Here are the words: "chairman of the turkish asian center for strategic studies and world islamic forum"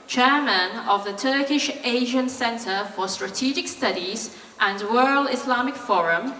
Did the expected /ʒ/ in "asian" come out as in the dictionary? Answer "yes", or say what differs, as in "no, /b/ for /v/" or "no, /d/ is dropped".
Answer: yes